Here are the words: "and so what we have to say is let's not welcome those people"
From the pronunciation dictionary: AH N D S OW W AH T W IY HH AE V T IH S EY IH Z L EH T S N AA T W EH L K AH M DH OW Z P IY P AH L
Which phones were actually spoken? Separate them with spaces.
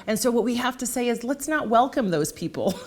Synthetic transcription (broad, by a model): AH N S OW W AH T W IY HH AE F T IH S EY IH Z L EH T S N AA T W EH L K AH M DH OW Z P IY P L